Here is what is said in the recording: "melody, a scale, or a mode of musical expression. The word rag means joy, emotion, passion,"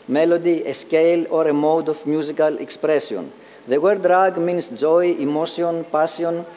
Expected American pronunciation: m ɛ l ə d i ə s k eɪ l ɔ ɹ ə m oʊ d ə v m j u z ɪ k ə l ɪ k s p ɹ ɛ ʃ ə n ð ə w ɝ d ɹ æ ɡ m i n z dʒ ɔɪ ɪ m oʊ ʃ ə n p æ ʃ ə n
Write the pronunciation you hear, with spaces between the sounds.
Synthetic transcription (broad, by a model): m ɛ l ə d i ə s k eɪ l ɔ ɹ ə m oʊ d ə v m j u z ɪ k ə l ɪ k s p ɹ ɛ s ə n ð ə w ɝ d ɹ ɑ ɡ m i n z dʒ ɔɪ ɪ m oʊ s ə n p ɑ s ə n